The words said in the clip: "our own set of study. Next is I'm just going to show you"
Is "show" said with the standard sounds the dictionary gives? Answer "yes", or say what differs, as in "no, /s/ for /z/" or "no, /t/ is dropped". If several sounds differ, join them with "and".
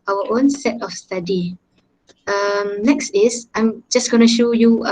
yes